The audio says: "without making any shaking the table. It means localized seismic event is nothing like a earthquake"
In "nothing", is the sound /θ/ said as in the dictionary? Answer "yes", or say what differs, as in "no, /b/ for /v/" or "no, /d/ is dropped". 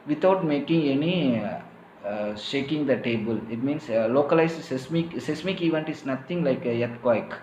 no, /t/ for /θ/